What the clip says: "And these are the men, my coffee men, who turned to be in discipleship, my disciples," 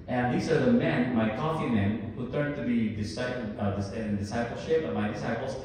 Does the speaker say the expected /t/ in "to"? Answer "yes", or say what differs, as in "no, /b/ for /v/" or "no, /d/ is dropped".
no, /s/ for /t/